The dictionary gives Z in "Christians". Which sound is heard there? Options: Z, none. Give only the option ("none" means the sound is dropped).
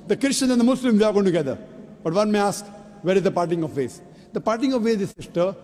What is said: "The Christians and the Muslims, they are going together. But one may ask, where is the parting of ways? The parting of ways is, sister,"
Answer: none